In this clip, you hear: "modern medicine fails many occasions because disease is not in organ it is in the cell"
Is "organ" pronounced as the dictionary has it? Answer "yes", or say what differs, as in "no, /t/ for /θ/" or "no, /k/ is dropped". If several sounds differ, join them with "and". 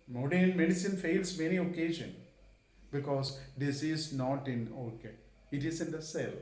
no, /n/ is dropped